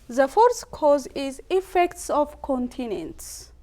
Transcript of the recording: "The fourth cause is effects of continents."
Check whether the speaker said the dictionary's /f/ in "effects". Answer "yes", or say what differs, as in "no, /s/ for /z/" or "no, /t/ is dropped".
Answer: yes